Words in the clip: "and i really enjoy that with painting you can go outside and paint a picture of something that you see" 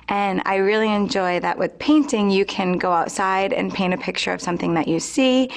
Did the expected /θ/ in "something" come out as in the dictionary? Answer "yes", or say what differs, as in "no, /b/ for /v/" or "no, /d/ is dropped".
yes